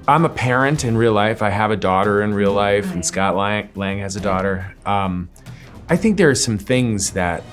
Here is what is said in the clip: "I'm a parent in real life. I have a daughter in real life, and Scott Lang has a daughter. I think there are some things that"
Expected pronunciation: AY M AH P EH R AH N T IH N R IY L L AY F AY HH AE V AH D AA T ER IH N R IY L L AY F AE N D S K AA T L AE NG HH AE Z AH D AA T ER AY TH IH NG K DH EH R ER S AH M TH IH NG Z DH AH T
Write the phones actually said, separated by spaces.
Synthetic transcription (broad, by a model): AY M AH P EH R AH N T IH N R IY L L AY F AY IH V AH D AA T ER IH N R IY L L AY F N S K AA T L AE NG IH Z AH D AA T ER AY TH IH NG K DH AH R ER S AH M TH IH NG Z DH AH T